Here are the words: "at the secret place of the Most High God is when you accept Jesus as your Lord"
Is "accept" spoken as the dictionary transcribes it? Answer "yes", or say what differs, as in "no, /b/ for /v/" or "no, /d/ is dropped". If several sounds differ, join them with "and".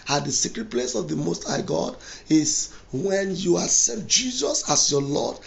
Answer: no, /k/ is dropped